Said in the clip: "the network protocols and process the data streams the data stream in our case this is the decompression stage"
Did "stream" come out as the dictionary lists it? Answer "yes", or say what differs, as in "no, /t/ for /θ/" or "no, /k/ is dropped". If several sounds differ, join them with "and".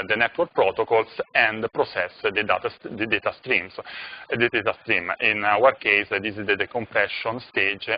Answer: yes